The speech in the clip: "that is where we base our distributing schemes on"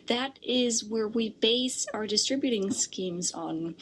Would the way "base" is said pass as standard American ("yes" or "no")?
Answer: yes